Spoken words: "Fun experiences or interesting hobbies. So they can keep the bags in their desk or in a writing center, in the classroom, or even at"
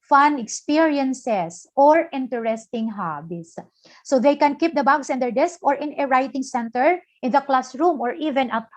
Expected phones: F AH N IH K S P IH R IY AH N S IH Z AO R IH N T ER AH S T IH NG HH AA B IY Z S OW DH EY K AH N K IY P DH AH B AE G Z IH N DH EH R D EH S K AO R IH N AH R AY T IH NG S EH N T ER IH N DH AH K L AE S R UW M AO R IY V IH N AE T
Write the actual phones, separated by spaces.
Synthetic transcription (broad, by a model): F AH N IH K S P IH R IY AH N S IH S AO R IH N T ER AH S T IH NG HH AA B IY S OW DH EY K AH N K IY P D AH B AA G S IH N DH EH R D EH S K AO R IH N AH R AY T IH NG S EH N T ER IH N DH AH K L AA S R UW M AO R IY V IH N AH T